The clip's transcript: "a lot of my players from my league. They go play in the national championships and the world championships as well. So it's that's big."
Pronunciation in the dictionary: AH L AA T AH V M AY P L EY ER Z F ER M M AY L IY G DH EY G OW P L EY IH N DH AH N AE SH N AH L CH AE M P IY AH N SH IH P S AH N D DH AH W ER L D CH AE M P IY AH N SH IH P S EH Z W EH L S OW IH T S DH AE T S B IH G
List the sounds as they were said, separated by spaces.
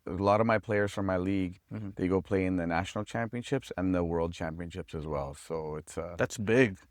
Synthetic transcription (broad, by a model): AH L AA T AH V M AY P L EY ER Z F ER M M AY L IY G DH EY G OW P L EY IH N DH AH N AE SH N L CH AE M P IY AH N SH IH P S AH N DH AH W ER L D CH AE M P IY AH N SH IH P S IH Z W EH L S OW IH T S DH AE T S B IH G